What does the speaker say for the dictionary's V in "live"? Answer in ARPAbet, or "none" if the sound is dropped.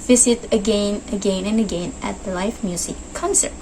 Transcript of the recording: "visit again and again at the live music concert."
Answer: F